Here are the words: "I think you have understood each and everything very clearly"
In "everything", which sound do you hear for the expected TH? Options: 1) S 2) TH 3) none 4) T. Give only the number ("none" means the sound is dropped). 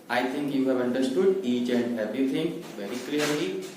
4